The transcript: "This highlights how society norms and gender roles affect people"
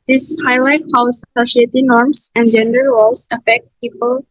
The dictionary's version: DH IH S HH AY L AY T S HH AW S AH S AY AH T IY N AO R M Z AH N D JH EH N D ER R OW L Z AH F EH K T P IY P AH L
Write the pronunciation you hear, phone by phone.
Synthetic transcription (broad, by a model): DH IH S HH AY L AY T HH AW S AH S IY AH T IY N AO R M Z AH N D JH EH N D ER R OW L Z AH F EH K T P IY P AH L